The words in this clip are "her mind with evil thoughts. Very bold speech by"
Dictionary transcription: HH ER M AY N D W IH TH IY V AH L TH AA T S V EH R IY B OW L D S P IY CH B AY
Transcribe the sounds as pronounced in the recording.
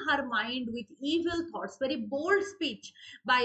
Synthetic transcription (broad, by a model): HH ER M AY N D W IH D IY V AH L T AA T S V EH R IY B OW L D S P IY CH B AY